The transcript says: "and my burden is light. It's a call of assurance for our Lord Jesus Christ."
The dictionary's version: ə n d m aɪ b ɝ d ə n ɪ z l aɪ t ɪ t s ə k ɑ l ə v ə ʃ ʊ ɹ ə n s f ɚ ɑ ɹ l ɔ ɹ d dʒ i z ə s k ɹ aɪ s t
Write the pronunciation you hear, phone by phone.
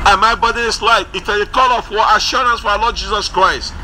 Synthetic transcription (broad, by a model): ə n m aɪ b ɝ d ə ɪ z l aɪ t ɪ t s ə k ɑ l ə f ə ʃ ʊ ɹ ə n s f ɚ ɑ l ɔ d dʒ i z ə s k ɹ aɪ s t